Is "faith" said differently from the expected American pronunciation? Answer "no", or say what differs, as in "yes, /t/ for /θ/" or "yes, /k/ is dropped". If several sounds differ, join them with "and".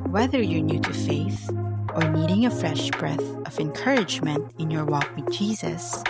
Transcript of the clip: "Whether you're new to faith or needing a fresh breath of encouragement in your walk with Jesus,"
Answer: no